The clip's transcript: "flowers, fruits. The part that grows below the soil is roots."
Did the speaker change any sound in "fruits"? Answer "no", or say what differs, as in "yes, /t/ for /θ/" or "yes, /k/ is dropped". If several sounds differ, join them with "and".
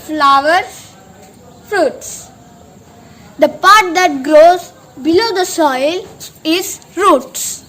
no